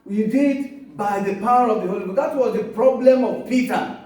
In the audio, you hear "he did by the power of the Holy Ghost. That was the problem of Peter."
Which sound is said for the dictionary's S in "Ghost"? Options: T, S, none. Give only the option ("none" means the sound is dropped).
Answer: none